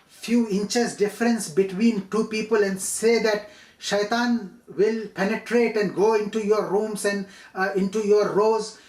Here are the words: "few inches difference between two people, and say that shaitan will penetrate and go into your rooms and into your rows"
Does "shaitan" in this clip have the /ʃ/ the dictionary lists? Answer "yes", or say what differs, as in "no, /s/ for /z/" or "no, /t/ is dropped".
yes